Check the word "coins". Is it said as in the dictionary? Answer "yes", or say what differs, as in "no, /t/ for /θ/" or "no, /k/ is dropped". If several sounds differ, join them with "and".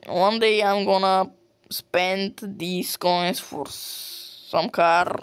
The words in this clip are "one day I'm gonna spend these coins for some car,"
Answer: no, /s/ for /z/